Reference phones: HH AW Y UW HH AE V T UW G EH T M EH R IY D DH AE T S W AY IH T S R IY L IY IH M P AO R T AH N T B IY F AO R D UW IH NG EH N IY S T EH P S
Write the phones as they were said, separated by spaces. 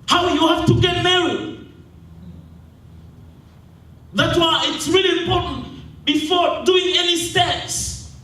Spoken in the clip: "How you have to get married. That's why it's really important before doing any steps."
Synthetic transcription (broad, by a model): HH AW Y UW HH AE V T UW G EH T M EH IY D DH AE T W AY IH T S R IY L IY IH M P AO R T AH N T B IY F AO R D UW IH NG EH N IY S T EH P S